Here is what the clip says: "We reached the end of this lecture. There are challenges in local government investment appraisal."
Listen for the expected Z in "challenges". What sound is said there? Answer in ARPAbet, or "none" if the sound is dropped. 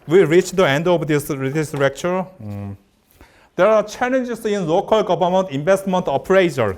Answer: S